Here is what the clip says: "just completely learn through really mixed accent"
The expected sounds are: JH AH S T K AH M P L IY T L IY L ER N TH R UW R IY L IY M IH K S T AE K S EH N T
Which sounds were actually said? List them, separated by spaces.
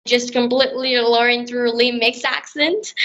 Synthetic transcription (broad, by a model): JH AH S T K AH M P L IY T L IY L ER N TH R UW L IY M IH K S AE K S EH N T